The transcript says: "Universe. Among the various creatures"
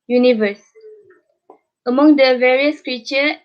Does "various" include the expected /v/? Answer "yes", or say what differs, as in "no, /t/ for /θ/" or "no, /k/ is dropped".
yes